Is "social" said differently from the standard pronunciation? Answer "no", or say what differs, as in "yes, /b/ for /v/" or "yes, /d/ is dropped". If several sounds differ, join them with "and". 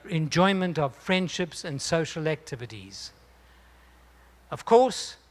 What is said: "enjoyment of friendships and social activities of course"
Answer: no